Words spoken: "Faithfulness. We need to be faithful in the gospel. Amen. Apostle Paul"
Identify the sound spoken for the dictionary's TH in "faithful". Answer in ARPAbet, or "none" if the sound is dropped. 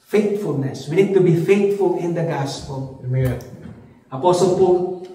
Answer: T